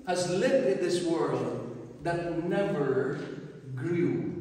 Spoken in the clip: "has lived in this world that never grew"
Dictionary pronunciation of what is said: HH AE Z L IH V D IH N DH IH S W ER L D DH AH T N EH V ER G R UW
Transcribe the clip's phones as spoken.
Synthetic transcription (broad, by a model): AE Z L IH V IH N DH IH S W ER L D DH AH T N EH V ER G R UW